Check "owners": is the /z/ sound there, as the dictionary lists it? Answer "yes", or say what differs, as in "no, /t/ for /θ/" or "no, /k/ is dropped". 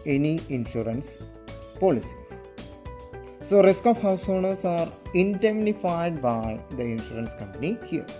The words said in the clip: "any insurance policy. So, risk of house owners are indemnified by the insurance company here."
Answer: no, /s/ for /z/